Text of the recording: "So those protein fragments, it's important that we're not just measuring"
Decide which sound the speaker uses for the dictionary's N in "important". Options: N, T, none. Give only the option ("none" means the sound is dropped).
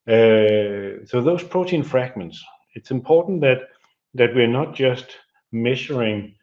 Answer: none